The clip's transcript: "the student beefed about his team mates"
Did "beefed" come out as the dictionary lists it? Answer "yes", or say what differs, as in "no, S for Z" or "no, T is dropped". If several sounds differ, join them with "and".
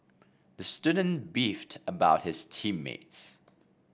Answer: yes